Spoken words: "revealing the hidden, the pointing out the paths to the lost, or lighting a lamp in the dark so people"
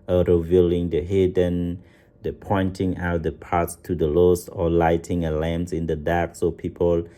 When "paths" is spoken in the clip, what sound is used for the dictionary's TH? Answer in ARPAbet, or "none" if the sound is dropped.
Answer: T